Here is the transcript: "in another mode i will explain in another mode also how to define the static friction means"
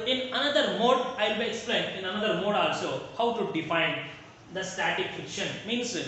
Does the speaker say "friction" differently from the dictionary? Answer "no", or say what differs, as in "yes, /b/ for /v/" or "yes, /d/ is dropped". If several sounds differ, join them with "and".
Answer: yes, /ɹ/ is dropped